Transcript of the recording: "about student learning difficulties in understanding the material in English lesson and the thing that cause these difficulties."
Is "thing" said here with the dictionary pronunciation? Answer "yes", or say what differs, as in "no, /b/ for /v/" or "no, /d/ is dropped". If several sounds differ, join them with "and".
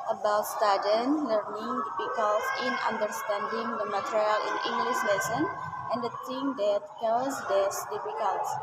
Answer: no, /t/ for /θ/